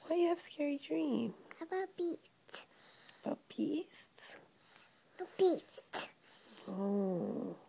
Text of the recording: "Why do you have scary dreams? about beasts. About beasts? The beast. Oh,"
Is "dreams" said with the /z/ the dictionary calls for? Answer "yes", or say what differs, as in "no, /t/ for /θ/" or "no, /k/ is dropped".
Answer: no, /z/ is dropped